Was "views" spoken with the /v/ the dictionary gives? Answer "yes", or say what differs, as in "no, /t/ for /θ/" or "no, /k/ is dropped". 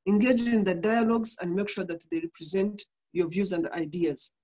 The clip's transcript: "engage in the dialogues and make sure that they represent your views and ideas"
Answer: yes